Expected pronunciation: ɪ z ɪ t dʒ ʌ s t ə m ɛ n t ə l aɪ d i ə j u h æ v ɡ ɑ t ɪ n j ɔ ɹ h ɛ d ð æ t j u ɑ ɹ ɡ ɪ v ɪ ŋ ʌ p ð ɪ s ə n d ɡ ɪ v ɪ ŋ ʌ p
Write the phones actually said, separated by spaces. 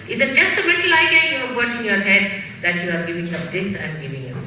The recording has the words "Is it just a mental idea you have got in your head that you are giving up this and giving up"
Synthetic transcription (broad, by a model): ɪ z ɪ t dʒ ʌ s t ə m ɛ t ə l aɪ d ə j u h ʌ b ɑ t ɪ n j ɔ ɹ h ɛ d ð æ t j u ɑ ɹ ɡ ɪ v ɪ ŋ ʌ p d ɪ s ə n ɡ ɪ v ɪ ŋ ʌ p